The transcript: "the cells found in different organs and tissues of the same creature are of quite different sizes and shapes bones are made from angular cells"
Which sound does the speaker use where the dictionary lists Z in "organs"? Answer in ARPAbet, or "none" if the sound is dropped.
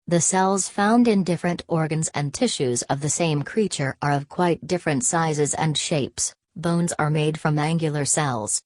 Z